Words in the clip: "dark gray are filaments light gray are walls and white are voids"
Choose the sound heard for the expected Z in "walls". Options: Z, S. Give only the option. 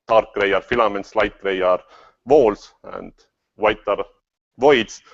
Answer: S